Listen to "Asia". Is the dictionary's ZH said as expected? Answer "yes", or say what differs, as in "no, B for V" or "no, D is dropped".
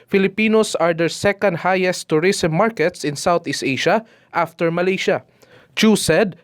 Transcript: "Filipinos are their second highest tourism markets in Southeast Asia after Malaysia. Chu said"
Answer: no, SH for ZH